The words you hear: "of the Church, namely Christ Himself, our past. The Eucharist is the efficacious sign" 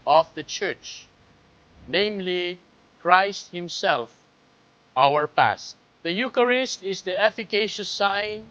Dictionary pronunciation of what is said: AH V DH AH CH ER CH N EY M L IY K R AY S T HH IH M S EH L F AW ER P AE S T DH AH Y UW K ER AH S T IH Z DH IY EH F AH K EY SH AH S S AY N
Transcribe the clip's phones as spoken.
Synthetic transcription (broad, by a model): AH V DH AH CH ER CH N EY M L IY K R AY S T HH IH M S EH L F AW ER P AE S T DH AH Y UW K ER AH S T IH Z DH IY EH F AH K EY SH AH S S AY N